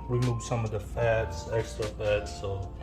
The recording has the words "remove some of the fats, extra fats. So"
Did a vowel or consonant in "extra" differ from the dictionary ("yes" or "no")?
yes